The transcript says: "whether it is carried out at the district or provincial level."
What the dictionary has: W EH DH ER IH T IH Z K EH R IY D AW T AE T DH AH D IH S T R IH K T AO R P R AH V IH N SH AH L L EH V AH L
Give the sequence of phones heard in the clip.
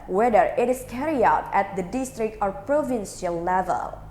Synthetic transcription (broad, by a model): W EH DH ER IH T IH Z K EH R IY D AW T AE T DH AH D IH S T R IH K T AO R P R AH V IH N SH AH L L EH V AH L